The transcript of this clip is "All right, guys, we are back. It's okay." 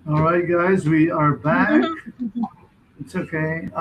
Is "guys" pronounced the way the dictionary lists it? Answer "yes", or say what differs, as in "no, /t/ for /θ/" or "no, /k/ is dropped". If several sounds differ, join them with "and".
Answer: yes